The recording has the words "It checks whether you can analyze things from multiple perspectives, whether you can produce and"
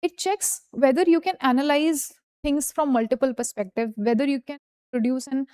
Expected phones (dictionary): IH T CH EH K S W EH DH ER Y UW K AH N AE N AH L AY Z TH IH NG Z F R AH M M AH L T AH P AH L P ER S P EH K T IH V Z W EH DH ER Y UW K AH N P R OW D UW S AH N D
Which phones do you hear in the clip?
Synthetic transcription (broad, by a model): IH T CH EH K S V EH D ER Y UW K AH N AE N AH L AY Z T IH NG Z F R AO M M AH L T AH P AH L P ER S P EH K T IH V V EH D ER Y UW K AH N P R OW D UW S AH N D